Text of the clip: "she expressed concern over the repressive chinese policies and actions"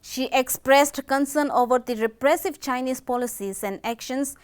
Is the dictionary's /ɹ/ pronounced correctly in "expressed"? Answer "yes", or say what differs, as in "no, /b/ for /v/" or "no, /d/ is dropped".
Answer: yes